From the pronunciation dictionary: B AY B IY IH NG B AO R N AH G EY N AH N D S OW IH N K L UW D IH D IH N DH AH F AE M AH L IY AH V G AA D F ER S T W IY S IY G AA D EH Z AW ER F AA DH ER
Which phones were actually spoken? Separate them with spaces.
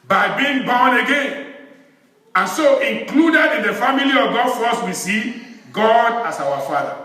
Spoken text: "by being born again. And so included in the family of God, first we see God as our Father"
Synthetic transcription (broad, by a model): B AY B IY IH NG B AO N AH G EY N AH N S OW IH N K L UW D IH D IH N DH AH F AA M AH L IY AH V G AA D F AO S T W IY S IY G AA D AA S AW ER F AA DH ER